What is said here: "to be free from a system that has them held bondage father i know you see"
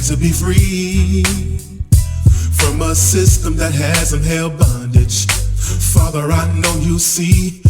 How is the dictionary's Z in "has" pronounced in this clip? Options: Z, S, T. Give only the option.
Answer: Z